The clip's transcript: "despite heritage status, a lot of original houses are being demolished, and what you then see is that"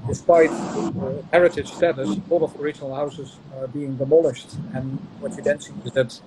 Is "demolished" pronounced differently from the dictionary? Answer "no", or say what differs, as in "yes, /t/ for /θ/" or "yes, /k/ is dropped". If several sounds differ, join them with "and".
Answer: no